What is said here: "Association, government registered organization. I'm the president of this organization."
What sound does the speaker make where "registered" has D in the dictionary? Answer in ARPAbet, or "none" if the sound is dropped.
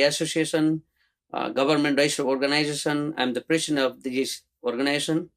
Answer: none